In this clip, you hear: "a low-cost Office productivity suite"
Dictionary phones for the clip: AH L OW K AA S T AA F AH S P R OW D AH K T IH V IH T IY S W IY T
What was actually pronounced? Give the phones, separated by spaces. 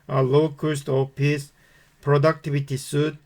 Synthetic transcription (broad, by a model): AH L OW K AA S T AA P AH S P R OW D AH K T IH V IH T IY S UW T